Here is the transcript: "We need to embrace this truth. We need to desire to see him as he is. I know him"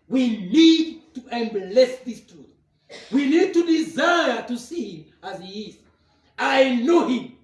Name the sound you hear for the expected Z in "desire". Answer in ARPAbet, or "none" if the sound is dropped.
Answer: Z